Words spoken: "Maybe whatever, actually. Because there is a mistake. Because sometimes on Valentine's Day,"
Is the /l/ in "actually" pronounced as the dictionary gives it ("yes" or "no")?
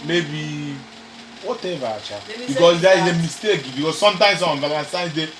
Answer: no